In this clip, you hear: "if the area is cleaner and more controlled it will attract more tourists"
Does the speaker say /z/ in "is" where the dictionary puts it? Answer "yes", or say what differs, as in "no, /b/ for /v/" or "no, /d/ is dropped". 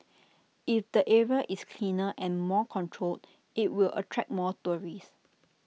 no, /s/ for /z/